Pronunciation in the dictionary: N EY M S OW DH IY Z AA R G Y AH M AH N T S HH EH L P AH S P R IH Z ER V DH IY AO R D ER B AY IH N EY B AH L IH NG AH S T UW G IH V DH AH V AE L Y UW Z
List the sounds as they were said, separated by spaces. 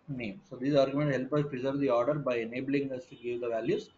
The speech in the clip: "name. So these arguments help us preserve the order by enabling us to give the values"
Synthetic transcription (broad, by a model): N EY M S OW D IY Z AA R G Y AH M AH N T HH EH L P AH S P R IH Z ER V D IY AO R D ER B AY IH N EY B AH L IH NG AH S T UW G IH V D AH V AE L Y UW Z